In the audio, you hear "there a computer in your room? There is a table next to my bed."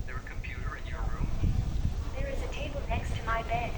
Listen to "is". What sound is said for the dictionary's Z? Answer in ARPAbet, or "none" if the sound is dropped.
Z